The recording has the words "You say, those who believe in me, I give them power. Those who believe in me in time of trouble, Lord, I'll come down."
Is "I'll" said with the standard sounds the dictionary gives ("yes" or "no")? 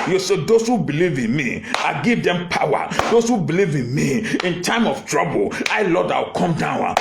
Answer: no